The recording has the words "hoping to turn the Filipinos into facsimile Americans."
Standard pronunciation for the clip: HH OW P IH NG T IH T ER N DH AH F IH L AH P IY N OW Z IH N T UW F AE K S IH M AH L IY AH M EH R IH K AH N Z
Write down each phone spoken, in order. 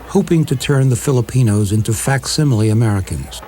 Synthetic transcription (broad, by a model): HH OW P IH NG T IH T ER N DH AH F IH L AH P IY N OW Z IH N T UW F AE K S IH M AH L IY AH M EH R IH K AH N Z